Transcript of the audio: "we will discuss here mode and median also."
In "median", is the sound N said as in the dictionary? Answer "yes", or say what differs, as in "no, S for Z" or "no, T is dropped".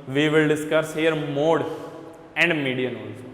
yes